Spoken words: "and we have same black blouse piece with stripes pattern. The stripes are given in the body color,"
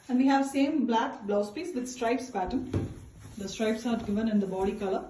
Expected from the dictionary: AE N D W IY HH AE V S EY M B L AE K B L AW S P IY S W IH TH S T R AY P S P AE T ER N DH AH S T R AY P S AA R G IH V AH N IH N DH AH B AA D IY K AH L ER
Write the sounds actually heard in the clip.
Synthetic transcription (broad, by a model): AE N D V IY HH AE V S EY M B L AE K B L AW S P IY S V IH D S T R AY P S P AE T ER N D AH S T R AY P S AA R G IH V AH N IH N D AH B AA D IY K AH L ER